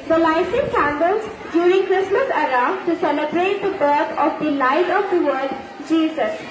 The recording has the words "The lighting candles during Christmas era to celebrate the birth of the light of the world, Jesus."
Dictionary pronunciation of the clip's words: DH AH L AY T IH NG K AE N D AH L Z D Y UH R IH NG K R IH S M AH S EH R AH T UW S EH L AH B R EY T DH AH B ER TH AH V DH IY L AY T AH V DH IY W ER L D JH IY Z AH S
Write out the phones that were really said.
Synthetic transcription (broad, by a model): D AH L AY S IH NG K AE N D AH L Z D Y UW R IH NG K R IH S M AH S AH R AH T UW S EH L AH B R EY T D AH B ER T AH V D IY L AY T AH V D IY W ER D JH IY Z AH S